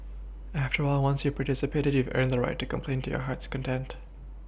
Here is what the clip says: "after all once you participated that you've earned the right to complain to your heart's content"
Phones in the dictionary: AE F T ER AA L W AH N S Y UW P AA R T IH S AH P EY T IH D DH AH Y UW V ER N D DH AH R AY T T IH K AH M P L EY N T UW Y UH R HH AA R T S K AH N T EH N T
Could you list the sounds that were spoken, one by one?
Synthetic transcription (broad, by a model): AE F T ER AA L W AH N S Y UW P AA R T IH S AH P EY T IH D Y UW V ER N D DH AH R AY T T IH K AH M P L EY N T UW Y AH R HH AA R T S K AH N T EH N T